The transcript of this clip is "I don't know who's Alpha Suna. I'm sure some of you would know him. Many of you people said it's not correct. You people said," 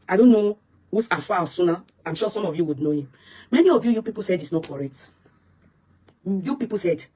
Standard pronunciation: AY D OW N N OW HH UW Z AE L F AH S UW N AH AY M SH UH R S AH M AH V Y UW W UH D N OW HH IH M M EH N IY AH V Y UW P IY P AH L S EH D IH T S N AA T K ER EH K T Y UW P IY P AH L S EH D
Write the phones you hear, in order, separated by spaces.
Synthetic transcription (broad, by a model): AY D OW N N OW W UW S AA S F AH S UW N AH AY M SH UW S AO M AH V Y UW W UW D N OW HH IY M M EH N IY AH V Y UW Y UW P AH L S EH D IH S N AA T K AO EH K T Y UW P IY P AH L S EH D